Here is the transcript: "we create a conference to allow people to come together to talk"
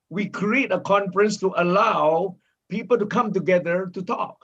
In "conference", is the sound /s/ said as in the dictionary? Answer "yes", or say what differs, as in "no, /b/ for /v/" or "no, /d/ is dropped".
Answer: yes